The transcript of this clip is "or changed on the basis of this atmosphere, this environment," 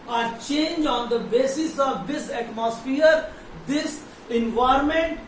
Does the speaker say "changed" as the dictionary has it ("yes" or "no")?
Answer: no